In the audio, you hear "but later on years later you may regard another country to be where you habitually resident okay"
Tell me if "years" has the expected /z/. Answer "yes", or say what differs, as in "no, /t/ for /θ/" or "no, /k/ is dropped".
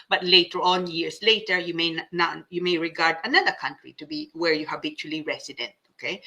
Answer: no, /s/ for /z/